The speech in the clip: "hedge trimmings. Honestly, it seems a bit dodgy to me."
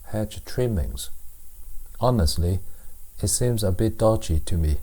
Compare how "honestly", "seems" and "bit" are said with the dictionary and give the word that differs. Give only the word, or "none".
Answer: none